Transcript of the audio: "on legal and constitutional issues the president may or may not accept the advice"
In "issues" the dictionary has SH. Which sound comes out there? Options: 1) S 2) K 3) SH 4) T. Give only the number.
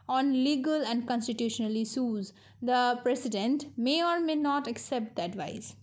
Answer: 1